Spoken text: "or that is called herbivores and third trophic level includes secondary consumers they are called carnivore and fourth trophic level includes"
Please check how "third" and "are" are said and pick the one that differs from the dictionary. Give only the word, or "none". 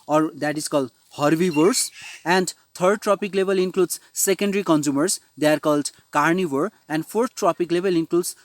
third